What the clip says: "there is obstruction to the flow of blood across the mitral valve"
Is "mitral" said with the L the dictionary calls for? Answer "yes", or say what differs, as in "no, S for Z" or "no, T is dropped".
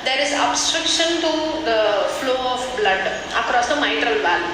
yes